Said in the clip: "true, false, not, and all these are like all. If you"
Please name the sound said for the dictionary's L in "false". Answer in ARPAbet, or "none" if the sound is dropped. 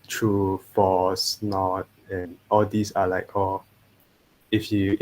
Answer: none